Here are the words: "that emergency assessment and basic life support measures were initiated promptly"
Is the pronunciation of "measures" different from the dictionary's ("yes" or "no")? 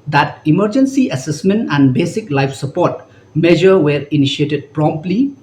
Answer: yes